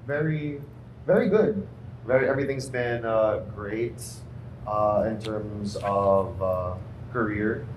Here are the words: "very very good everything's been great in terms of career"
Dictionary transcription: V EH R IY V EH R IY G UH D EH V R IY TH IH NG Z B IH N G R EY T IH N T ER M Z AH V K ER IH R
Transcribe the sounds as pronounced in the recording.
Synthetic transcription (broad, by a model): V EH R IY V EH R IY G UH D EH V R IY TH IH NG Z B IH N G R EY T IH N T ER M Z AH V K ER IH R